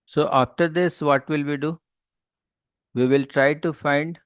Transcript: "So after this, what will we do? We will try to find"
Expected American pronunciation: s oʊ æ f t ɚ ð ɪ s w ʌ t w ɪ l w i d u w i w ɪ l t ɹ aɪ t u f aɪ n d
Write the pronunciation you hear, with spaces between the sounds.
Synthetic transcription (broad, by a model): s oʊ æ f t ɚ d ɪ s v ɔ t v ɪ l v i d u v i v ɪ l t ɹ aɪ t u f aɪ n d